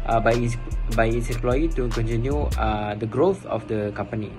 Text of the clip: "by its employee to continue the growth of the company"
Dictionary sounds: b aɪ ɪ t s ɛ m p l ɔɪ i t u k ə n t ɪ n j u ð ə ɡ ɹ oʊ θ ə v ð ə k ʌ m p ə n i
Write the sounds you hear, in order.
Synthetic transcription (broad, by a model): b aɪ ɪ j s ɛ m p l ɔɪ i t u k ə n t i n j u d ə ɡ ɹ oʊ θ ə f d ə k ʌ m p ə n i